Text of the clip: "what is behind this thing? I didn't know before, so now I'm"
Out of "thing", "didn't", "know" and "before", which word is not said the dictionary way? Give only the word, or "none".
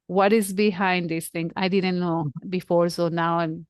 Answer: thing